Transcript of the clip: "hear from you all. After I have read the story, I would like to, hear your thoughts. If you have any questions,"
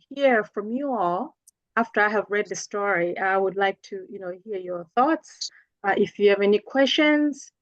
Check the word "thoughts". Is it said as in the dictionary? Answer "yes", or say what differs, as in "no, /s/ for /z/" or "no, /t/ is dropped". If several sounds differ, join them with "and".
yes